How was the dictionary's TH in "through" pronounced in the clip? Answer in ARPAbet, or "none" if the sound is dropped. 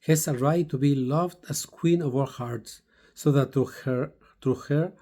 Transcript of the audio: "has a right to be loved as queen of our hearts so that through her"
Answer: T